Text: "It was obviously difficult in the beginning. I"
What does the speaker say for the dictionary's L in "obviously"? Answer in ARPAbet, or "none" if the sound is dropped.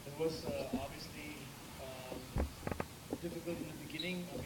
L